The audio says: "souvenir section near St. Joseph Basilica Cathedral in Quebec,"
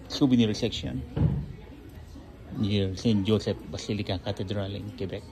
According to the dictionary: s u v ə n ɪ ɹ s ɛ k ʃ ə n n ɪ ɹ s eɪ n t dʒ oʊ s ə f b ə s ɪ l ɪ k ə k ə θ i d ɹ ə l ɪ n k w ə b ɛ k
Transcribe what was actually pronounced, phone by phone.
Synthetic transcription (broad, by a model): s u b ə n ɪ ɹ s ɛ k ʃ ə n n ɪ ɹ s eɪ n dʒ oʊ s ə p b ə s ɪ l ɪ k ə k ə t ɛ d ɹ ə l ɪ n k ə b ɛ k